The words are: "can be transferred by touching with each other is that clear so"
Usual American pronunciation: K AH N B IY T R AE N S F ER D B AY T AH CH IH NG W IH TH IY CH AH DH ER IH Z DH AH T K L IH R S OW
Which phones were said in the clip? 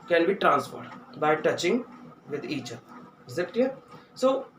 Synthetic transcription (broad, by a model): K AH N B IY T R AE N S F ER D B AY T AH CH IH NG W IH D IY CH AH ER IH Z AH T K IH S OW